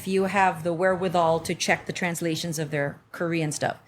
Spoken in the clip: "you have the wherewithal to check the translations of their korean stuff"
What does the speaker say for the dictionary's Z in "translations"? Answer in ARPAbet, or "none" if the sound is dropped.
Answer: Z